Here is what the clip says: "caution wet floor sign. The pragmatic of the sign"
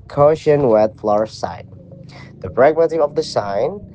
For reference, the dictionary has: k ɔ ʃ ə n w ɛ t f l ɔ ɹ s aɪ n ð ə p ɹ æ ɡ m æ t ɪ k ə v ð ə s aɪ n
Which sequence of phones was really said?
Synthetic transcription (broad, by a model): k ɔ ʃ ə n w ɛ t f l ɔ ɹ s aɪ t ð ə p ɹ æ ɡ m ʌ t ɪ ə v ð ə s aɪ n